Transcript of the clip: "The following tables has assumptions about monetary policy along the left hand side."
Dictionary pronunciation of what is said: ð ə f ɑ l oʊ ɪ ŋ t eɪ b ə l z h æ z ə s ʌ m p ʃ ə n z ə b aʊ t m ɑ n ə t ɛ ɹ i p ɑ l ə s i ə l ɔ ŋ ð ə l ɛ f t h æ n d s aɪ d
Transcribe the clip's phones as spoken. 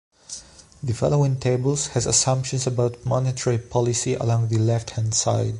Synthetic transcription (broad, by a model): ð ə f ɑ l oʊ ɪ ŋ t eɪ b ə l s h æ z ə s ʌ m p ʃ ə n s ə b aʊ t m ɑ n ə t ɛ ɹ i p ɑ l ə s i ə l ɔ ŋ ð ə l ɛ f t h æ n d s aɪ d